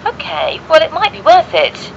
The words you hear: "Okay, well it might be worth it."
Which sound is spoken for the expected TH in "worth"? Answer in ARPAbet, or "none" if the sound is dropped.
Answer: TH